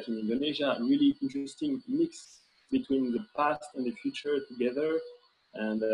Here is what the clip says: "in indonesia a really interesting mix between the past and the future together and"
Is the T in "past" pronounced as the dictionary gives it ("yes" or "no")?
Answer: yes